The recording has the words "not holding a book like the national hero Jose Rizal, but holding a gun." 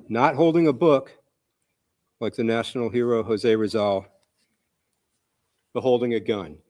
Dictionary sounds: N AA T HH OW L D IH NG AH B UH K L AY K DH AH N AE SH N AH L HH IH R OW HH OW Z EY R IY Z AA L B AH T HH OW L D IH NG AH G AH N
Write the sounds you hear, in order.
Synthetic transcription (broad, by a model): N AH T HH OW L D IH NG AH B UH K L AY K DH AH N AE SH N L HH IH R OW HH OW Z EY R IY Z AA L B AH T HH OW L D IH NG AH G AH N